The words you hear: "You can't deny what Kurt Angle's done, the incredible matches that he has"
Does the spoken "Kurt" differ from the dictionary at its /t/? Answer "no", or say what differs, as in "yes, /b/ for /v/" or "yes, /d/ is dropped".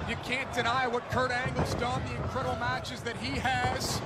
no